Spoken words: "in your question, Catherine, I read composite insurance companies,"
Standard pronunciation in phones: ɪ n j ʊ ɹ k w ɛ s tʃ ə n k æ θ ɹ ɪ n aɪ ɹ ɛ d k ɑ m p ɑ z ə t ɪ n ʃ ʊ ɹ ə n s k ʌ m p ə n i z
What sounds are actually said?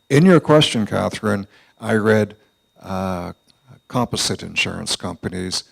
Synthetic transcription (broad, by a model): ɪ n j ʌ ɹ k w ɛ s tʃ ə n k æ θ ɹ ɪ n aɪ ɹ ɛ d k ɑ m p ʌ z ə t ɪ n ʃ ʊ ɹ ə n s k ʌ m p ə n i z